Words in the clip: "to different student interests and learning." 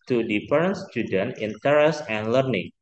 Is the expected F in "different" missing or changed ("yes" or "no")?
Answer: yes